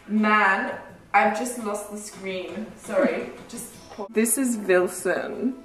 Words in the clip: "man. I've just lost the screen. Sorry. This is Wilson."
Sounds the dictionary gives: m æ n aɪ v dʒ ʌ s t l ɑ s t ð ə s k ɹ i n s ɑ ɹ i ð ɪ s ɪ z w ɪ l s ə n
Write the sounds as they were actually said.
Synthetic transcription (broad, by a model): m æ n aɪ v dʒ ʌ s t l ɑ s t ð ə s k ɹ i n s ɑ ɹ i ð ɪ s ɪ z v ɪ l s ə n